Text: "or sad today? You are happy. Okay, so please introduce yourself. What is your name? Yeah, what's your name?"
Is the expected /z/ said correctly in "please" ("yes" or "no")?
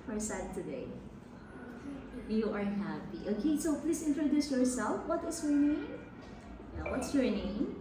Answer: no